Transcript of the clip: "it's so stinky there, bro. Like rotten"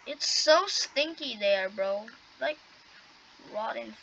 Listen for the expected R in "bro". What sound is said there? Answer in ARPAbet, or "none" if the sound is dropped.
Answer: R